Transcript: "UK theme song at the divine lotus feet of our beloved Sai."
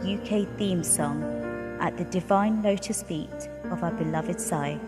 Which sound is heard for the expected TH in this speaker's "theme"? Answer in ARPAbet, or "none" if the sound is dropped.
TH